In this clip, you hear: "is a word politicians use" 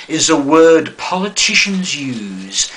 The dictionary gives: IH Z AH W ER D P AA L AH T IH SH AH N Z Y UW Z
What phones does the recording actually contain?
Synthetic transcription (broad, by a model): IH Z AH W ER D P AA L AH T IH SH AH N Z Y UW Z